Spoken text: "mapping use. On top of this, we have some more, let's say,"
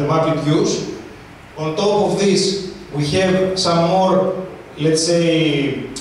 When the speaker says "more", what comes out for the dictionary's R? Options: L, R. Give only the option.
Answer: R